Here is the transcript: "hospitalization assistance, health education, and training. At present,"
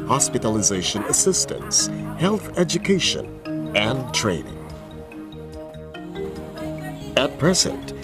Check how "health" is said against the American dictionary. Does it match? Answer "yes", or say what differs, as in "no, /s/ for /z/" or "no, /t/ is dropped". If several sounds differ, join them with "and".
yes